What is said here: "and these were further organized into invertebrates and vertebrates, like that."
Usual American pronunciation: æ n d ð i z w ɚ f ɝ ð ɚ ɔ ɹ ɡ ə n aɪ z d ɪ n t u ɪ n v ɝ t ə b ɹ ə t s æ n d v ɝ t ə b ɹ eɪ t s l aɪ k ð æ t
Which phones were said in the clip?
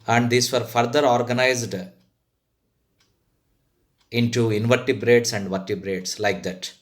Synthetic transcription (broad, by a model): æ n d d i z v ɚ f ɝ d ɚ ɔ ɹ ɡ ə n aɪ z d ɪ n t u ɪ n v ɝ t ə b ɹ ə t s æ n d v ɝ t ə b ɹ eɪ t s l aɪ k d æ t